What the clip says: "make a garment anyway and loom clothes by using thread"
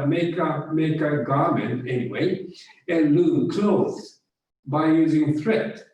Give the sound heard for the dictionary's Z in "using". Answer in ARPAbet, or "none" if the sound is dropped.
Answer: Z